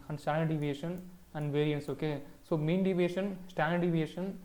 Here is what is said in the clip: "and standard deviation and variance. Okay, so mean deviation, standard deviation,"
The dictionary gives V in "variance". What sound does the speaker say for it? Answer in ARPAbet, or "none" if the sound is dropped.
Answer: V